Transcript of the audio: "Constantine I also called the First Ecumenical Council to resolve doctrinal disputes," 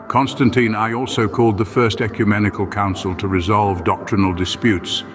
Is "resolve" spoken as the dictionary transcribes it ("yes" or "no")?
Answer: yes